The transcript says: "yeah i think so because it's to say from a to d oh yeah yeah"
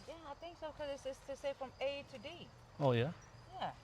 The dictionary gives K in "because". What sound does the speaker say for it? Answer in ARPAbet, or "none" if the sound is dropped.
none